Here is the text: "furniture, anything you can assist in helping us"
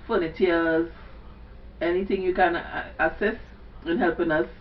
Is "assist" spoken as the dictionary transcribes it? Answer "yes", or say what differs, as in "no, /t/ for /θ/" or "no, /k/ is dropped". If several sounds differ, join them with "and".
no, /t/ is dropped